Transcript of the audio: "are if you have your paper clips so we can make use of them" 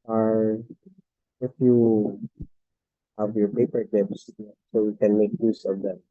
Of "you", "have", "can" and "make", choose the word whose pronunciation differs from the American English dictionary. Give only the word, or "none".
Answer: none